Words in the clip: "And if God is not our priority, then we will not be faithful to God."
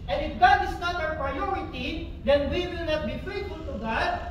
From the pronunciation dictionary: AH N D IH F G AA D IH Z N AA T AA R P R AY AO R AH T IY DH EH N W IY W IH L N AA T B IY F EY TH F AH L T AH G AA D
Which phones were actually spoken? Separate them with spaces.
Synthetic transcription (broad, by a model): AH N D IH F G AA D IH S N AA T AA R P R AY AO R AH T IY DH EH N W IY W IH L N AA T B IY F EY T F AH L T AH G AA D